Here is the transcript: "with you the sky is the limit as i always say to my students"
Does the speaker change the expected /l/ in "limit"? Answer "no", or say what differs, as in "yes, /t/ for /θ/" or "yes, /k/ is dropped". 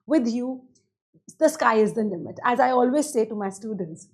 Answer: yes, /n/ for /l/